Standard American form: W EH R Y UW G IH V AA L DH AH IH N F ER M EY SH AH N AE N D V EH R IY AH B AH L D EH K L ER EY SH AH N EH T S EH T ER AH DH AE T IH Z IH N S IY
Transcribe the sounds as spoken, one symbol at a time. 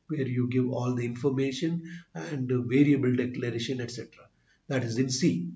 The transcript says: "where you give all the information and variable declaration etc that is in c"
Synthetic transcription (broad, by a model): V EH R Y UW G IH V AA L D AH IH N F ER M EY SH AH N AE N D V EH R IY AH B AH L D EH K L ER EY SH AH N EH T S EH T ER AH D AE T IH Z IH N S IY